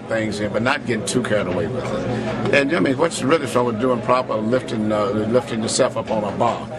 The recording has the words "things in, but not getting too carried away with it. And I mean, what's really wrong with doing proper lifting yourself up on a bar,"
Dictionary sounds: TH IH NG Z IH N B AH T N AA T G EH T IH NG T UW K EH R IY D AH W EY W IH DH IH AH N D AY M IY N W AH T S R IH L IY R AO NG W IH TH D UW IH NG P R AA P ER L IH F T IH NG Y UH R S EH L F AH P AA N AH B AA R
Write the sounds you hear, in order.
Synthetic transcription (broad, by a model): TH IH NG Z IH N B AH T N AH T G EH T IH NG T UW K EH R D AH W EY W IH DH IH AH N AY M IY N W AH T S R IH L IY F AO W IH D UW IH NG P R AA P ER L IH F T IH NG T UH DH S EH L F AH P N AH B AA